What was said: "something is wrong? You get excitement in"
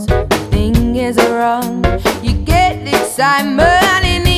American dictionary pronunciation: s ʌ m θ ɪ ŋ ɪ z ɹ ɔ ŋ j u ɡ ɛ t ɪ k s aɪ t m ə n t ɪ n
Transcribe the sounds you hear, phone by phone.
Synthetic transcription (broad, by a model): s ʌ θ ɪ ŋ ɪ z ɹ ɔ ŋ j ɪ ɡ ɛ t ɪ s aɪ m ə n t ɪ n